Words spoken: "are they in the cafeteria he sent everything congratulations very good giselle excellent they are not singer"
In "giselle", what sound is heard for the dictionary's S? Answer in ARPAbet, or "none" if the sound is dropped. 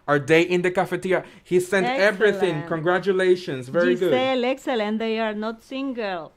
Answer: none